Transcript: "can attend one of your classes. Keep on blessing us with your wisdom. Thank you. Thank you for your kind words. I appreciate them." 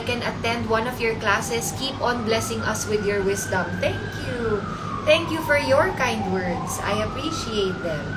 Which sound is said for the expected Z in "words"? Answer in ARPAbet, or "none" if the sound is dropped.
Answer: S